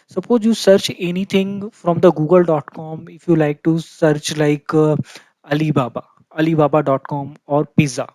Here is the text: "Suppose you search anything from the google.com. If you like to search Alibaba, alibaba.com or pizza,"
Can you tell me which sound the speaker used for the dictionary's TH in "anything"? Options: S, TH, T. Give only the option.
T